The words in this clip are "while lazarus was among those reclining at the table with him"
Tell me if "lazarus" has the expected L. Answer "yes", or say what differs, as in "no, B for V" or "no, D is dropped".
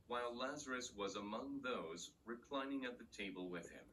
yes